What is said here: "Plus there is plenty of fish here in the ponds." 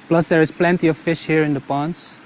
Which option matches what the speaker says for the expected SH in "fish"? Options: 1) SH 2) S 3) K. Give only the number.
1